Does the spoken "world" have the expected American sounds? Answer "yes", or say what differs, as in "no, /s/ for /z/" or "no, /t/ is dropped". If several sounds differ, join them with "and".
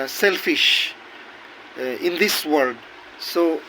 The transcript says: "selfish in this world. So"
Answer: no, /l/ is dropped